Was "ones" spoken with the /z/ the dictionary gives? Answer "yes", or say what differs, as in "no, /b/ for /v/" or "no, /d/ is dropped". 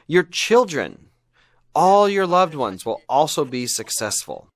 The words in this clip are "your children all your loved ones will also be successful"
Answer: yes